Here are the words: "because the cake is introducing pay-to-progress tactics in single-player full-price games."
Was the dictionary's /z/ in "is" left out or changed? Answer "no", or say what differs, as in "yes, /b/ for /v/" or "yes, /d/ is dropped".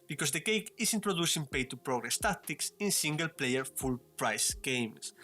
yes, /s/ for /z/